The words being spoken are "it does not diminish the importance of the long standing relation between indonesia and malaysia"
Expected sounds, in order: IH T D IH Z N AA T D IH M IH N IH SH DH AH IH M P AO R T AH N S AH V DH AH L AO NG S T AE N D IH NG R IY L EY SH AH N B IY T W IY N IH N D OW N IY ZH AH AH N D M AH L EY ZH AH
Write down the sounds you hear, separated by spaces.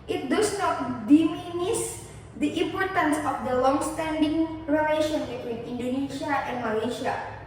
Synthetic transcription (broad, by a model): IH T D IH S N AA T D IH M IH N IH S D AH IH M P AO R T AH N S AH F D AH L AO NG S T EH N D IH NG R IY L EY SH AH N B IY T W IY N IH N D OW N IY SH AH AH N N M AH L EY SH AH